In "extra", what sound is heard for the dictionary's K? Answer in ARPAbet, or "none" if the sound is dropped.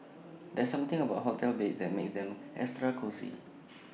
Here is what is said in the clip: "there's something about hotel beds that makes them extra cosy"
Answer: none